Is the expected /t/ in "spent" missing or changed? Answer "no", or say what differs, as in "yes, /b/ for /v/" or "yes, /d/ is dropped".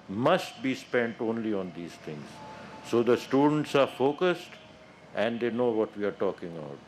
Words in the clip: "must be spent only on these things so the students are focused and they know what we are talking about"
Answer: no